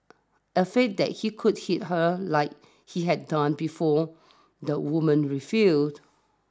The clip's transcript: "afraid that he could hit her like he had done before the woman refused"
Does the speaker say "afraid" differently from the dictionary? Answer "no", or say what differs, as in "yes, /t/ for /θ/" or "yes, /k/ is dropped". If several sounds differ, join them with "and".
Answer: yes, /ɹ/ is dropped